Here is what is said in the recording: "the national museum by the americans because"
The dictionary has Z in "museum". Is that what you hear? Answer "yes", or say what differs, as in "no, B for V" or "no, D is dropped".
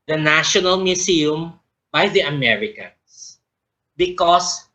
no, S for Z